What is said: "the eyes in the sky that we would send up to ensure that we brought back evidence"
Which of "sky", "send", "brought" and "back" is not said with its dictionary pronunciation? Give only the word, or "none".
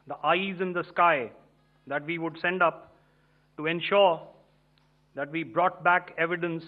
none